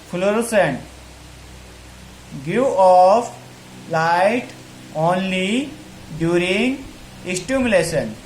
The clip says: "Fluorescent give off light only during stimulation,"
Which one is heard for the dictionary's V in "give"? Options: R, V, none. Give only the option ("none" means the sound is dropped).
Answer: none